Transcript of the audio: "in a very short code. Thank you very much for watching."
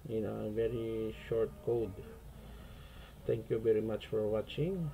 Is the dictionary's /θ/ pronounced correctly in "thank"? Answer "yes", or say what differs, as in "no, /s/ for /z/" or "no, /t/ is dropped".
no, /t/ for /θ/